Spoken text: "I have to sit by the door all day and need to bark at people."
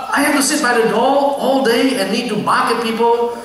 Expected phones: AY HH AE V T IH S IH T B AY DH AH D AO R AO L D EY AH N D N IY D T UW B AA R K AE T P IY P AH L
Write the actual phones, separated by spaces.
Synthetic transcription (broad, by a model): AY HH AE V T IH S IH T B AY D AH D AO L AO L D EY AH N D N IY D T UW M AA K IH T P IY P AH L